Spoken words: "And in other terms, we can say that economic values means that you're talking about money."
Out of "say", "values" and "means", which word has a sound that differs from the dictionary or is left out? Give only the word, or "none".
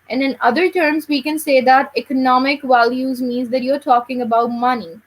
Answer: none